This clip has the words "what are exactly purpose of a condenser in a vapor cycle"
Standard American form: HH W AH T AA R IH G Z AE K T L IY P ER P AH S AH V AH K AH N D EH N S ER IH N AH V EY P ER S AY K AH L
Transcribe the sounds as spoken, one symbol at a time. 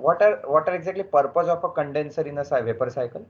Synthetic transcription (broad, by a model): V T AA T AA R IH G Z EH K T L IY P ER P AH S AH F AH K AH N D EH N S ER IH N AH V EY P ER S AY K AH L